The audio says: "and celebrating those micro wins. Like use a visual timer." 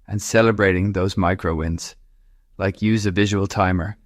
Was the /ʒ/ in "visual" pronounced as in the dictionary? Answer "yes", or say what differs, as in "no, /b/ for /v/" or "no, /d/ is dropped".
yes